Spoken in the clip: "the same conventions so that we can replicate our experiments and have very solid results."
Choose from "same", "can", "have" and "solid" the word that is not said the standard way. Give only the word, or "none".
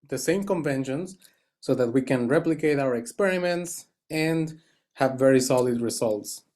none